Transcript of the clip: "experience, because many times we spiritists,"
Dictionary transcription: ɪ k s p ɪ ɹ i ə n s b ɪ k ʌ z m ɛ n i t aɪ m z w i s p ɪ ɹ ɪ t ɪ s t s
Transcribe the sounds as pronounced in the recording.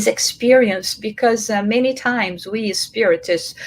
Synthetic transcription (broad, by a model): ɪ k s p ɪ ɹ i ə n s b ɪ k ʌ z m ɛ n i t aɪ m z w i s p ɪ ɹ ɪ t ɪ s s